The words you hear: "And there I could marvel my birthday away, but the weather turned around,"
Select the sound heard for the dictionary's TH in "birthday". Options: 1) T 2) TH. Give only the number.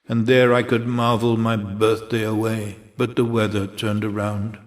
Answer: 2